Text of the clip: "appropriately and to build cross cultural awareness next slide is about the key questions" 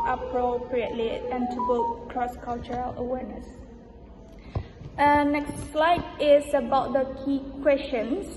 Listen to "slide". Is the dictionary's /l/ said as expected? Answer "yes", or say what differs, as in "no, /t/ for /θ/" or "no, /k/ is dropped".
yes